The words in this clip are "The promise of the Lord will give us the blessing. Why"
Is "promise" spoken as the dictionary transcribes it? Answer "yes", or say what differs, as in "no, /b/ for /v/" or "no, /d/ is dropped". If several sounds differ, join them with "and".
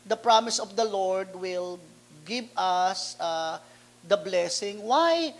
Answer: yes